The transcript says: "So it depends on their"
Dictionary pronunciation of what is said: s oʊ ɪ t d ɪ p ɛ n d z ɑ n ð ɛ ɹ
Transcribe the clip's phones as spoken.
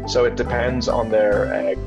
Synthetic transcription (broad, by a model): s oʊ ɪ t d ɪ p ɛ n d z n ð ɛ ɹ